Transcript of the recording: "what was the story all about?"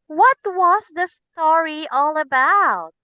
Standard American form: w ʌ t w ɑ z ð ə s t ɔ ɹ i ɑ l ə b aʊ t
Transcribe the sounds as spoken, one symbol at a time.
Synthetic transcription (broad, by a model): w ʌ t w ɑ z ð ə s t ɔ ɹ i ɑ l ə b aʊ t